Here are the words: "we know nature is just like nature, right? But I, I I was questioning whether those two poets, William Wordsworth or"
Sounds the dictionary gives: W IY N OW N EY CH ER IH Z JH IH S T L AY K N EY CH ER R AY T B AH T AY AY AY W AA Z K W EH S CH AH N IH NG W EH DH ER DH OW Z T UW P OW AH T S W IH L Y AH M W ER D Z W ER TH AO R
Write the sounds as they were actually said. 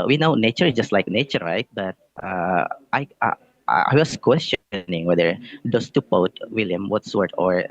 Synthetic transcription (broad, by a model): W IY N OW N EY CH ER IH S JH IH S T L AY K N EY CH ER R AY T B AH T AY AY AY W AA S K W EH S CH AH N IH NG W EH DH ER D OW S T UW P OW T W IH L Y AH M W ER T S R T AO R